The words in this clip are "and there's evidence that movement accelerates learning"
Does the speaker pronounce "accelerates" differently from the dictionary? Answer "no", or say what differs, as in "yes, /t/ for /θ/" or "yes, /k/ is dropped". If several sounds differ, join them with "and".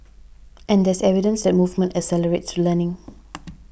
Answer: yes, /k/ is dropped